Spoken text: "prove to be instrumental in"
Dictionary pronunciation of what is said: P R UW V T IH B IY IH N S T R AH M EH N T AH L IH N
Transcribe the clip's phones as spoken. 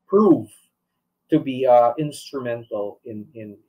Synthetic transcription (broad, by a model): P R UW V T IH B IY IH N S T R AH M EH N T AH N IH N